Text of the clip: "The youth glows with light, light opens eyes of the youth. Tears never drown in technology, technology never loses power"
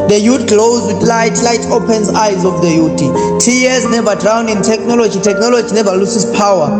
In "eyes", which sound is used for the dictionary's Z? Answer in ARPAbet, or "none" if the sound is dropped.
Z